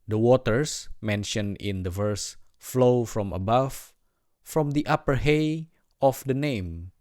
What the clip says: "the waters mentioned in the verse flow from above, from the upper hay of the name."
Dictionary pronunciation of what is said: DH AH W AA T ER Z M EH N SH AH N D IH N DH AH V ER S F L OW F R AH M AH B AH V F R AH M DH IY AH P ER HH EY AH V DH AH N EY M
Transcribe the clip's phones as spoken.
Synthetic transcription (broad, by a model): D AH W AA T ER S M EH N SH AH N IH N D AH V ER S F L OW F R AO M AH B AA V F R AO M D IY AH P ER HH EY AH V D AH N EY M